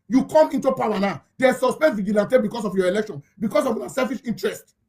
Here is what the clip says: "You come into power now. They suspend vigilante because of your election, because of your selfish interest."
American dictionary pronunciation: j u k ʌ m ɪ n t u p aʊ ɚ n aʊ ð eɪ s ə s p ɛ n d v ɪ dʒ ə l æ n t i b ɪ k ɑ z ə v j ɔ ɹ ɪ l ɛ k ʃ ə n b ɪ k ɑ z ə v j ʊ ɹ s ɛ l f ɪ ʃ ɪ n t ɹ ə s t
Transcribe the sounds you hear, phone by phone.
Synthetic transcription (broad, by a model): j u k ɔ m ɪ n t u p aʊ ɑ n aʊ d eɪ s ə s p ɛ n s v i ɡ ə l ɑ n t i b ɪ k ɑ s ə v j ɔ ɪ l ɛ k ʃ ə n b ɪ k ɑ s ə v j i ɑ s ɛ l f ɪ ʃ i n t ɹ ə s t